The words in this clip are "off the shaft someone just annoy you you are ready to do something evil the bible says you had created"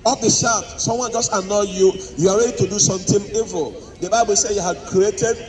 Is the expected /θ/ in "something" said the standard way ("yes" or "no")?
no